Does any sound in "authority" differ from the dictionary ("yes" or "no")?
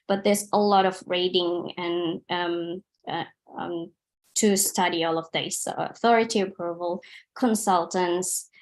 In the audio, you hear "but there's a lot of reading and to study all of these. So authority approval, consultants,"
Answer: no